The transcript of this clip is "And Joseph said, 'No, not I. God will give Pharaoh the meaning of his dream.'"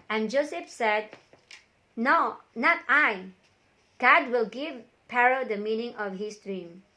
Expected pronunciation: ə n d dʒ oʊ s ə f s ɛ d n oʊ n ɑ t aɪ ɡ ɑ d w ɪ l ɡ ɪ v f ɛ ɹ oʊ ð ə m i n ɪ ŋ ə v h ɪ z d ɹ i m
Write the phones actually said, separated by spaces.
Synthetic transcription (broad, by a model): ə n dʒ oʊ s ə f s ɛ d n oʊ n ɑ t aɪ ɡ ɑ d w ɪ l ɡ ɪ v p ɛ ɹ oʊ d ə m i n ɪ ŋ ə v h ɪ s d ɹ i m